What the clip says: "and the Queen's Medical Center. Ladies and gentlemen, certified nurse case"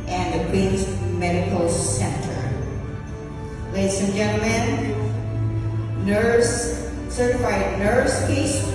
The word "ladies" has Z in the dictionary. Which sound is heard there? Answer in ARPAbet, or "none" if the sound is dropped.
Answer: S